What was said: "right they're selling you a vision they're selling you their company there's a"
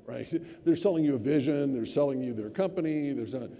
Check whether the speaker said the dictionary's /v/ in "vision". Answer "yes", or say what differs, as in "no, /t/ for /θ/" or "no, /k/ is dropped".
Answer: yes